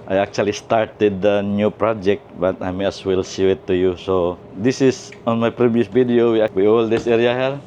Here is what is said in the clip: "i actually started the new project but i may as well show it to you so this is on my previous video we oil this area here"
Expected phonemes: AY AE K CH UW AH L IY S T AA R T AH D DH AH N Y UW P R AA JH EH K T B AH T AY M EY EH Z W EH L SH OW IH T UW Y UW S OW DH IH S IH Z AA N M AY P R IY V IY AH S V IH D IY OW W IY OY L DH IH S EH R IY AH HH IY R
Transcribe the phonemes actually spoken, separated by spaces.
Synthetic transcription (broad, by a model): AY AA K CH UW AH L IY S T AA R T AH D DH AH N Y UW P R AA JH EH K T B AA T AY M EY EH S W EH L S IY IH T UW Y UW S OW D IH S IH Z AA N M AY P R IY V IY AH S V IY D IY OW W IY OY L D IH S EH R IY AH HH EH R